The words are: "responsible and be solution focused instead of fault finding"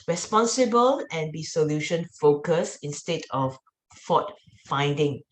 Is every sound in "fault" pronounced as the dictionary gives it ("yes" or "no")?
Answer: no